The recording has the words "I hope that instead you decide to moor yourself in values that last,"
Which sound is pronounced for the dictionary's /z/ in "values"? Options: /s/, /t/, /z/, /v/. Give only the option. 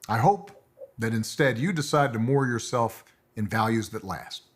/z/